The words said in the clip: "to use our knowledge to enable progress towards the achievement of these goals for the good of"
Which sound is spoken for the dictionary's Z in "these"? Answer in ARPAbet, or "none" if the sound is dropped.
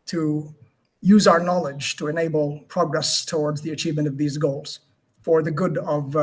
Z